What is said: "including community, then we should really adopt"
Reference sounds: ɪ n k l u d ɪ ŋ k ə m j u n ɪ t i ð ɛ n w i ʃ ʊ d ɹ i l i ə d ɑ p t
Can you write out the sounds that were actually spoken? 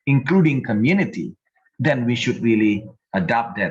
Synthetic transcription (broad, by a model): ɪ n k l u d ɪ ŋ k ə m j u n ɪ t i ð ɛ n w i ʃ ʊ d ɹ i l i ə d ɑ p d